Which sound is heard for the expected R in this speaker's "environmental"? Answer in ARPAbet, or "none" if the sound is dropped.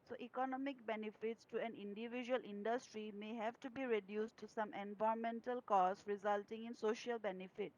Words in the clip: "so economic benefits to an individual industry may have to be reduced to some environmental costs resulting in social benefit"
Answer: none